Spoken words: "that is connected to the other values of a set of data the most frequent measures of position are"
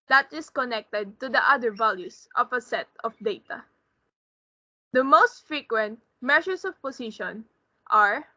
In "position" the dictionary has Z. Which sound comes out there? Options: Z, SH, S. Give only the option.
S